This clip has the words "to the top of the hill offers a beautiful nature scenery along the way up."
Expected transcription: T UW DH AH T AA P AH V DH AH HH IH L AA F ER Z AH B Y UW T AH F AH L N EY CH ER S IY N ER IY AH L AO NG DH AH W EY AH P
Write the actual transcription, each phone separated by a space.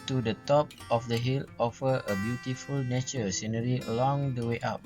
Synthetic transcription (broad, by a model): T UW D AH T AA P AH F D AH HH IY L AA F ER AH B Y UW T AH F AH L N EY CH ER S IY N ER IY AH L AO NG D AH W EY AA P